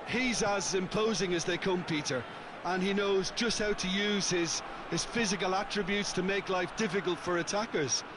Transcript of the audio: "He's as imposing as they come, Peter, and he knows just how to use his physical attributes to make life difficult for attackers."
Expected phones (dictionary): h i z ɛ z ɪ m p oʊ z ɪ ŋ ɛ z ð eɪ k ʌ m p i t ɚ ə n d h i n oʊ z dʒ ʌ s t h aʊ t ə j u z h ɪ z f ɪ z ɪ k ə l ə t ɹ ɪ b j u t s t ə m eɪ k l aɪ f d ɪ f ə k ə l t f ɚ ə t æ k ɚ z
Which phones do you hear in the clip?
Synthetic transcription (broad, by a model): h i z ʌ z ɪ m p oʊ z ɪ ŋ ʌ z ð eɪ k ʌ m p i t ɚ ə n i n oʊ z dʒ ʌ s t h aʊ t ə j u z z ɪ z f ɪ z ɪ k ə l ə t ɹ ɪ b j u t s t ə m eɪ k l aɪ f d ɪ f ə k ə l t f ɚ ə t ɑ k ɚ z